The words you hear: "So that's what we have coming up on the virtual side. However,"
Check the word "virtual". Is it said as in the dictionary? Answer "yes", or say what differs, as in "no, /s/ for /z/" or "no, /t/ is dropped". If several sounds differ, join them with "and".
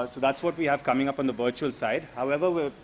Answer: yes